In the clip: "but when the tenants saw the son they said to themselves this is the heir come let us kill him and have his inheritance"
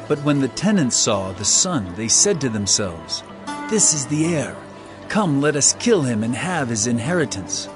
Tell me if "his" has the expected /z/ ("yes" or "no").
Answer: yes